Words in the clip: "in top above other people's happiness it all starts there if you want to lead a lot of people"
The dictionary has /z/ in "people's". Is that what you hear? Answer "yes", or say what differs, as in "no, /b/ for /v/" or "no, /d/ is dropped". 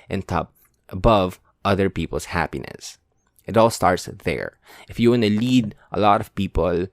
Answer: no, /s/ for /z/